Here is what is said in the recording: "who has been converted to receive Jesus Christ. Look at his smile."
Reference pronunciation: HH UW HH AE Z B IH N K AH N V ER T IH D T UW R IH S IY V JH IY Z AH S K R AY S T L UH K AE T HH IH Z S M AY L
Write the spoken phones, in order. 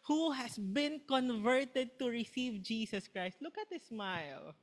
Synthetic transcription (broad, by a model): HH UW HH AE S B IH N K AH N V ER T IH D T UW R IH S IY V JH IY S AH S K R AY S T L UH K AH T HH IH S M AY L